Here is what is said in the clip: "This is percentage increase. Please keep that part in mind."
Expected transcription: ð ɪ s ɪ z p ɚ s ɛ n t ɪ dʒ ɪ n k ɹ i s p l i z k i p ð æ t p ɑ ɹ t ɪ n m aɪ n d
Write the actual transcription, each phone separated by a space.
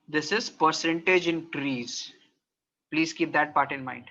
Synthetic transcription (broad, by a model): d ɪ s ɪ z p ɚ s ɛ n t ɪ dʒ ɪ n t ɹ i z p l i z k i p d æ t p ɑ ɹ t ɪ n m aɪ n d